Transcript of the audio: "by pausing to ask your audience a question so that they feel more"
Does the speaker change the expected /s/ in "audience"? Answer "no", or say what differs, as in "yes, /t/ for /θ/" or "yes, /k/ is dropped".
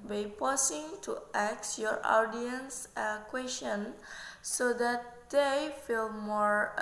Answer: no